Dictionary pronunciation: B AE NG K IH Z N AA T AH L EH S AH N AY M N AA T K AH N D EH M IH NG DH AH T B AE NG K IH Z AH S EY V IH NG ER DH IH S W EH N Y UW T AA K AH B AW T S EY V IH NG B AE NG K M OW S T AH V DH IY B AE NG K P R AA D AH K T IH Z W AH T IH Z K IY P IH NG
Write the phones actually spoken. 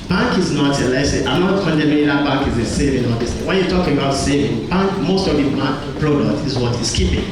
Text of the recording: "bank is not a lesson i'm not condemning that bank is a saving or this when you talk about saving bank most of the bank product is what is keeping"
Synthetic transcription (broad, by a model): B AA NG K IH Z N AA T AH L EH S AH AY M N AA T K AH N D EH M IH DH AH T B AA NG K IH Z AH S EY V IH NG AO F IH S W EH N Y UW T AA K AH B AW T S EY V IH NG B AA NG K M OW S T AH V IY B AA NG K P R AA D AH K T IH Z W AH T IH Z K IY P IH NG